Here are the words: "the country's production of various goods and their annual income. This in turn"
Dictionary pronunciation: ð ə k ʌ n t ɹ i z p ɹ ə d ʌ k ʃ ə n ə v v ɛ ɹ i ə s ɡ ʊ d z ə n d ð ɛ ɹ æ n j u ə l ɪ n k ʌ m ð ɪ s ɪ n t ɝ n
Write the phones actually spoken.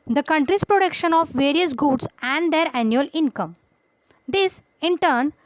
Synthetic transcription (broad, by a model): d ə k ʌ n t ɹ i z p ɹ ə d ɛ k ʃ ə n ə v v ɛ ɹ i ə s ɡ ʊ d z ə n d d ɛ ɹ æ n j u ə l ɪ n k ʌ m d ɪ s ɪ n t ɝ n